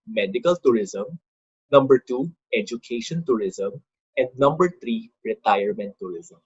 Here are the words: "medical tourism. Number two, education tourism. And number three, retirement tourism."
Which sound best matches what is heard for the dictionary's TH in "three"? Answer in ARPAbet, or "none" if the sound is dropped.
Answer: T